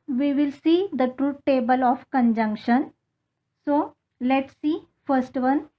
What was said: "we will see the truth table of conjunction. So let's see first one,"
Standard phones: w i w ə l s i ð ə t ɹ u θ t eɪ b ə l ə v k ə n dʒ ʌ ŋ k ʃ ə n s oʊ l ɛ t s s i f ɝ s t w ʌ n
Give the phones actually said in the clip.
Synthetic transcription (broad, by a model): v i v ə l s i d ə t ɹ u t eɪ b ə l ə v k ə n dʒ ʌ ŋ k ʃ ə n s oʊ l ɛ t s s i f ɝ s t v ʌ n